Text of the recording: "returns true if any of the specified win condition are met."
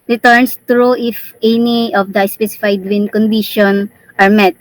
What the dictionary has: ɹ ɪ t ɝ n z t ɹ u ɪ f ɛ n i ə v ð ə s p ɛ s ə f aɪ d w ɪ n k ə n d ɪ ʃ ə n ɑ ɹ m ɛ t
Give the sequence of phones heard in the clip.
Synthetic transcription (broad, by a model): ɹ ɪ t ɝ n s t ɹ u ɪ f ɛ n i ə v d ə s p ɛ s ə f aɪ d w ɪ n k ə n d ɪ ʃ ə n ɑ ɹ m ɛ t